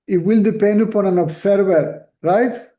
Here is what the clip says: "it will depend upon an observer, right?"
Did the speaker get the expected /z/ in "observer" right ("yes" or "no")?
no